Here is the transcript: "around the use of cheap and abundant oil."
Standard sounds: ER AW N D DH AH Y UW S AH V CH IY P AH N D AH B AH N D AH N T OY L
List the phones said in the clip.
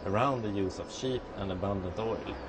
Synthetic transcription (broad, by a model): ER AW N D DH AH Y UW S AH V SH IY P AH N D AH B AH N D AH N T OY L